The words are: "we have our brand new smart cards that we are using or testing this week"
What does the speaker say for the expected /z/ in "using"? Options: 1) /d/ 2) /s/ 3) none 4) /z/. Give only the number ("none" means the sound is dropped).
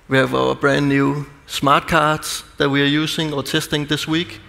2